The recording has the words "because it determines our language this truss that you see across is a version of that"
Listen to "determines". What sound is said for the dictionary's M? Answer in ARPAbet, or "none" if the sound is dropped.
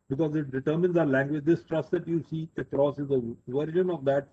M